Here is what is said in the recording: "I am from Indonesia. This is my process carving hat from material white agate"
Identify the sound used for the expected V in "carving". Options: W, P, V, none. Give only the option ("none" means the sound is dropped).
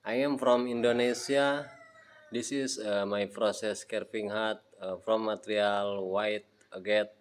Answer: P